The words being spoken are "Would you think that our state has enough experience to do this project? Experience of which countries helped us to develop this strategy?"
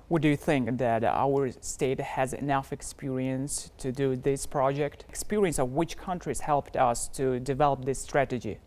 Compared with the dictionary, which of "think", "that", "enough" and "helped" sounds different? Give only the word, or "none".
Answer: none